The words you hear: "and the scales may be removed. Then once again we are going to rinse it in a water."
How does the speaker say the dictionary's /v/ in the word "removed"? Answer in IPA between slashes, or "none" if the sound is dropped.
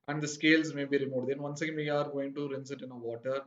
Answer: none